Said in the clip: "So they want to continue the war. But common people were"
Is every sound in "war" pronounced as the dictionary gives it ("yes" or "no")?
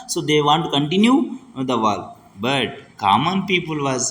no